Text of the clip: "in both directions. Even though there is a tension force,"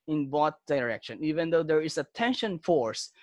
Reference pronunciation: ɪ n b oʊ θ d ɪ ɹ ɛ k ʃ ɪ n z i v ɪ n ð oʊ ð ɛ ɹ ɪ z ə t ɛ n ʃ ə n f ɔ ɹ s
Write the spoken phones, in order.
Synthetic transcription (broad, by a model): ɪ n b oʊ t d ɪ ɹ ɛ k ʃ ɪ n i v ɪ n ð oʊ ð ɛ ɹ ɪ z ə t ɛ n ʃ ə n f ɔ ɹ s